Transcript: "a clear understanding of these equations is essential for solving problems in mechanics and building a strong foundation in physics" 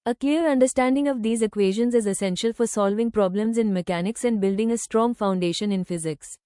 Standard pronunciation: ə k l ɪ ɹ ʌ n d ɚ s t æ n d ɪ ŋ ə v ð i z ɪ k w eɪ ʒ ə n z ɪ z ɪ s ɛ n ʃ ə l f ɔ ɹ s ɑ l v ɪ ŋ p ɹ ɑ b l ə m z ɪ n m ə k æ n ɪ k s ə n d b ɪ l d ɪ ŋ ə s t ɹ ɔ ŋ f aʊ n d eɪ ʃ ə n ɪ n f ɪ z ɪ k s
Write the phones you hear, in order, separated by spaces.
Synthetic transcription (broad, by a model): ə k l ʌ ɹ ʌ n d ɚ s t æ n d ɪ ŋ ə v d i z ɪ k w eɪ ʒ ə n z ɪ z ɪ s ɛ n ʃ ə l f ɔ ɹ s ɑ l v ɪ ŋ p ɹ ɑ b l ə m z ɪ n m ə k æ n ɪ k s ə n d b ɪ l d ɪ ŋ ə s t ɹ ɔ ŋ f aʊ n d eɪ ʃ ə n ɪ n f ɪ z ɪ k s